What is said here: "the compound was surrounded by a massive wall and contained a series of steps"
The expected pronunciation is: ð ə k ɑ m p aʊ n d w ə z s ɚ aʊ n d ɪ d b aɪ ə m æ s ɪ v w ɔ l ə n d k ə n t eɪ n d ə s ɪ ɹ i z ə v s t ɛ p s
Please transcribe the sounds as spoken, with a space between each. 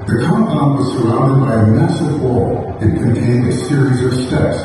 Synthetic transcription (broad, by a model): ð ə k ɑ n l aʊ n w ə z s ɚ aʊ n d ɪ d b aɪ ə m æ s ɪ v w ɔ l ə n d k ə n t eɪ n d ə s ɪ ɹ i z ə v s t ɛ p s